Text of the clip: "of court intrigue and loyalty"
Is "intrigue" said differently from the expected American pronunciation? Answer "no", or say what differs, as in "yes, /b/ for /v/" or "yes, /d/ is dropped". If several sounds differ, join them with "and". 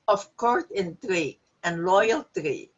no